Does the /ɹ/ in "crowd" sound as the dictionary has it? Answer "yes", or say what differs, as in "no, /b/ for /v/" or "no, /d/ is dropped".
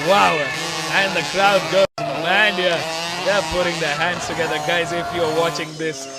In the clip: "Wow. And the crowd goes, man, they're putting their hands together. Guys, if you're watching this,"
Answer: no, /l/ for /ɹ/